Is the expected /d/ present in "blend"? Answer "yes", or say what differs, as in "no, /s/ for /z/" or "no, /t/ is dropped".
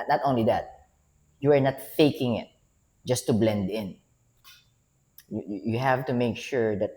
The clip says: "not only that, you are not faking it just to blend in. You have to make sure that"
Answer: yes